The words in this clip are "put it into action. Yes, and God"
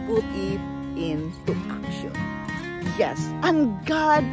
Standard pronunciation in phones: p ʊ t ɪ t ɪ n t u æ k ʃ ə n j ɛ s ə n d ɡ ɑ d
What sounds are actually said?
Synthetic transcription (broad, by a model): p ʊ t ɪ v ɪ n s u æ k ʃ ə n j ɛ s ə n ɡ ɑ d